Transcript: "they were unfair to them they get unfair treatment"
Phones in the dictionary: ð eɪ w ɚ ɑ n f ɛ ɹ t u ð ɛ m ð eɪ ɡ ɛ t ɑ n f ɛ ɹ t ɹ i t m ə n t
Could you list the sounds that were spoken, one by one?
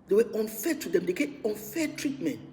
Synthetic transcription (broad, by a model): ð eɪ w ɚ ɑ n f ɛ t u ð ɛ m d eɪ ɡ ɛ ɑ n f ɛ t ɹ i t m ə n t